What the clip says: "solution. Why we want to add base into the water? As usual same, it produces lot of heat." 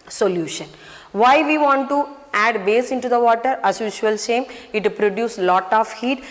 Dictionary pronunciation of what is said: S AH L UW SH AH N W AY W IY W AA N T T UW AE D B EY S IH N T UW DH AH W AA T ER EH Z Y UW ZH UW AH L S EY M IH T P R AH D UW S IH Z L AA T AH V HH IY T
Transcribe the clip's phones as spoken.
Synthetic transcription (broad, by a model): S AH L UW SH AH N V AY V IY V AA N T T UW AE D B EY S IH N T UW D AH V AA T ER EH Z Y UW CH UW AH L SH EY M IH T P R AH D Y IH S L AA T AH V HH IY T